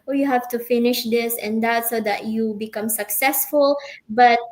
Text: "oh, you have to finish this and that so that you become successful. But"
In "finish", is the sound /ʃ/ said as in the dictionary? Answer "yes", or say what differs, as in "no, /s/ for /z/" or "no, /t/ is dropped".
yes